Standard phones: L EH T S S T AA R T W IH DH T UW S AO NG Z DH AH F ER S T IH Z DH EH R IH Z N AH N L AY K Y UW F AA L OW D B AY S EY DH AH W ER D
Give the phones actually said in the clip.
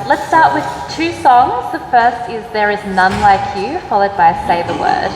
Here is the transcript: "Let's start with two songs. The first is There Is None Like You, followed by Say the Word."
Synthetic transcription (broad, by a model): L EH T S S T AA R T W IH DH T UW S AO NG Z DH AH F ER S T IH Z DH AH R IH Z N AH N L AY K Y UW F AA L OW D B AY S EY DH AH W ER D